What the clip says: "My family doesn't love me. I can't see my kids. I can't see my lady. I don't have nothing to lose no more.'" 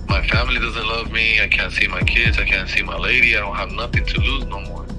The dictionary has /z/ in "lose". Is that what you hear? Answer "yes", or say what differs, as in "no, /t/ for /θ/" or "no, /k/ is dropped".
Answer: yes